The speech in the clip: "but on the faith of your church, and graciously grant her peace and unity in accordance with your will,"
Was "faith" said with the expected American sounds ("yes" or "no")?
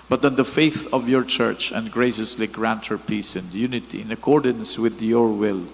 yes